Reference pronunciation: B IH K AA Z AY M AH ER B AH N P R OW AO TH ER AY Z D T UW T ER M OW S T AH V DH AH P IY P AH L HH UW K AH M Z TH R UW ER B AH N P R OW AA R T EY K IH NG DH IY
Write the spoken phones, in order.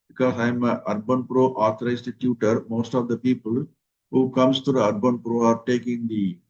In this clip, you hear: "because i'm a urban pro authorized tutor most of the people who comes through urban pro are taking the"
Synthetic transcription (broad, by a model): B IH K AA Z AY M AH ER B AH N P R OW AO T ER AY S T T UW T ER M OW S T AH V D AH P IY P AH L HH UW K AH M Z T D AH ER B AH N P R OW AA R T EY K IH NG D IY